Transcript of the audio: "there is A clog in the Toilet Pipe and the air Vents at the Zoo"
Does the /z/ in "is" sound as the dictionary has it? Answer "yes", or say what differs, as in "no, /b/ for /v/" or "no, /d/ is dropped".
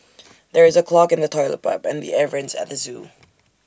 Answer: yes